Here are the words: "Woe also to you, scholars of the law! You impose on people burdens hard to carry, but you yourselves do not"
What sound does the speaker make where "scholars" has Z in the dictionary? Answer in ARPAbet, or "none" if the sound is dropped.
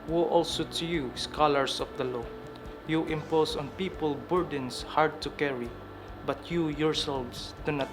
S